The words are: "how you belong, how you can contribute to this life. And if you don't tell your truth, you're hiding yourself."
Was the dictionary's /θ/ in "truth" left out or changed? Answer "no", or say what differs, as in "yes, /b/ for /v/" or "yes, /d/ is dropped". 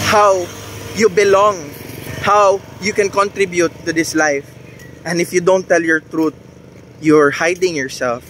yes, /t/ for /θ/